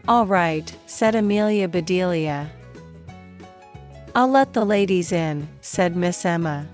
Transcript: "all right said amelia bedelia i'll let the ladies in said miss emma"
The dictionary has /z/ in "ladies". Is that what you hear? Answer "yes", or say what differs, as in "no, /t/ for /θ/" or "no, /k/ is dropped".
yes